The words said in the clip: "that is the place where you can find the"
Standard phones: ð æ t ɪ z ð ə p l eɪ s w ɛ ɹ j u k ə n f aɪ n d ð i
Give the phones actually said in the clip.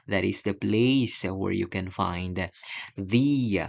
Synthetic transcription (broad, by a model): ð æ t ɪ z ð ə p l eɪ s w ɛ ɹ j u k ə n f aɪ n d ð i